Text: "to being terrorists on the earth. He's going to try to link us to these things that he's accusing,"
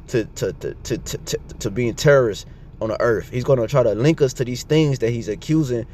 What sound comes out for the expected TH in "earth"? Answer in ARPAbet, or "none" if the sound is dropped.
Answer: TH